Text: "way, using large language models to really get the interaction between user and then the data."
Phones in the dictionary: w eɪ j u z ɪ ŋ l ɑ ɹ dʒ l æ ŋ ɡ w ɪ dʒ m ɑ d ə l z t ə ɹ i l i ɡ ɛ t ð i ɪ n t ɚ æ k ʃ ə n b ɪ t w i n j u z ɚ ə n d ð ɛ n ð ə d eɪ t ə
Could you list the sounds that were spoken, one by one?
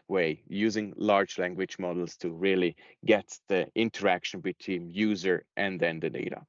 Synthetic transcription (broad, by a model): w eɪ j u z ɪ ŋ l ɑ ɹ dʒ l æ ŋ ɡ w ɪ dʒ m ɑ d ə l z t ə ɹ i l i ɡ ɛ t ð i ɪ n t ɚ æ k ʃ ə n b ɪ t w i n j u z ɚ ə n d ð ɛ n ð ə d eɪ t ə